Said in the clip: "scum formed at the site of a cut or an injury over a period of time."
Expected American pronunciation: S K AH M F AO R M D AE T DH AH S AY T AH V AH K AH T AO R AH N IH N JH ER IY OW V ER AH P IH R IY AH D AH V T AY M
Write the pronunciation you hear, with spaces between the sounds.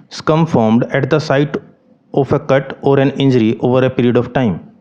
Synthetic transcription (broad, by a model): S K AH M F AO R M D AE T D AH S AY T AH F AH K AH T AO R AH N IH N JH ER IY OW V ER AH P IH R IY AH D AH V T AY M